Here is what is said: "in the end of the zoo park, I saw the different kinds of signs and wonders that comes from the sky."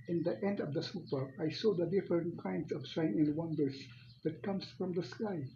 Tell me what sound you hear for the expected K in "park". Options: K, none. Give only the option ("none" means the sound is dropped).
none